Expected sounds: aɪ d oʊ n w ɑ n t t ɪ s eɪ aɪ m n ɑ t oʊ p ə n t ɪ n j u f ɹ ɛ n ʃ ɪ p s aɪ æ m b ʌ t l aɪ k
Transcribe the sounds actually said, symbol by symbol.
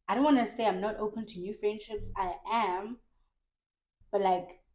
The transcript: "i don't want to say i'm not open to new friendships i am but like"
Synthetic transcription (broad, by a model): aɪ d oʊ n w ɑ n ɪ s eɪ aɪ m n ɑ t oʊ p ə n t ɪ n j u f ɹ ɛ n ʃ ɪ p s aɪ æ m b ʌ t l aɪ k